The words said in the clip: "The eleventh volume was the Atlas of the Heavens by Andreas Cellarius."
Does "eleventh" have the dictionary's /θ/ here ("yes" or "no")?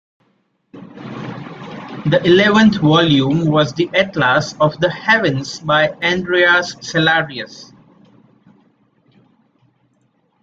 no